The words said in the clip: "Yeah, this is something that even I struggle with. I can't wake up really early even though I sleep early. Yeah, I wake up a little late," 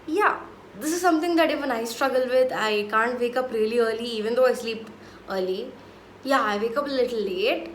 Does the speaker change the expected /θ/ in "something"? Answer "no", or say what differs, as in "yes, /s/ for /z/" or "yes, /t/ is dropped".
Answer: yes, /t/ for /θ/